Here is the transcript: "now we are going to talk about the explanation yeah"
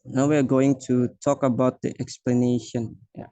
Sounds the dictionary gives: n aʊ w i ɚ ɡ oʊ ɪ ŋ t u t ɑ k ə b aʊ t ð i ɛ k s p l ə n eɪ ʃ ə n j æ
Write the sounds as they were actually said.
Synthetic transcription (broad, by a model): n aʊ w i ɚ ɡ oʊ ɪ ŋ t u t ɑ k ə b aʊ t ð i ɛ k s p l ə n eɪ ʃ ə n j